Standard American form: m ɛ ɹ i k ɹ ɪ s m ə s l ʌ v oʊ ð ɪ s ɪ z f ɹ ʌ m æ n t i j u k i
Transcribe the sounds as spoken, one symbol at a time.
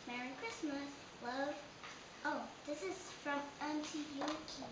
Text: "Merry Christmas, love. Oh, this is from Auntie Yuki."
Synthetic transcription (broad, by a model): m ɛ ɹ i k ɹ ɪ s m ə s w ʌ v oʊ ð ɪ s ɪ z f ɹ ʌ m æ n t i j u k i